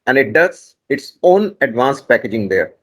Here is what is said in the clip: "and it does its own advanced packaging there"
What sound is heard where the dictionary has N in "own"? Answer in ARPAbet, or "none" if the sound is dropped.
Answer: N